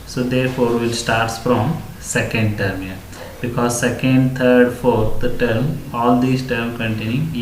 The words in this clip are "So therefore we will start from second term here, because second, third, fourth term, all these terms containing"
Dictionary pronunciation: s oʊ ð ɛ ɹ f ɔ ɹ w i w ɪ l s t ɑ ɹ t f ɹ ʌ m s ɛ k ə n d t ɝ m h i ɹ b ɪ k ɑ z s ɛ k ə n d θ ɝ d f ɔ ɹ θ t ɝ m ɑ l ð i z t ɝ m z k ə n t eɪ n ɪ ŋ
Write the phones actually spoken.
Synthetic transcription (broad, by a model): s oʊ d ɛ ɹ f ɔ ɹ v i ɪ l s t ɑ ɹ t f ɹ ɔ m s ɛ k ə n d t ɝ m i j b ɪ k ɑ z s ɛ k ə n d t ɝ d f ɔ ɹ t t ɝ m ɑ l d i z t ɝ m k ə n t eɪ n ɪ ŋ